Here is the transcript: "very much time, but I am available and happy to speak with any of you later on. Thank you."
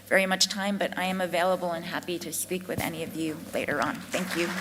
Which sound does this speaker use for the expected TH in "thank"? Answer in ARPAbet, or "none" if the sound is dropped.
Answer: TH